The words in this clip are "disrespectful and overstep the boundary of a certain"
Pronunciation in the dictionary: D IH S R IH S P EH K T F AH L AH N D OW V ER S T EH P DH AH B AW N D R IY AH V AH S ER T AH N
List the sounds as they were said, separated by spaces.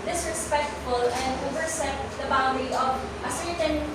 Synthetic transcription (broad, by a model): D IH S R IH S P EH K T F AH L AH N D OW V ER S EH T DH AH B AW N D IY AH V AH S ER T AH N